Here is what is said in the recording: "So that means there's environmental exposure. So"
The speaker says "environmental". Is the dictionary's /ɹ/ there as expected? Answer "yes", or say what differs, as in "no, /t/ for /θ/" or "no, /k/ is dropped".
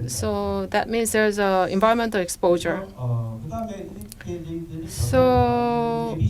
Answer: no, /ɹ/ is dropped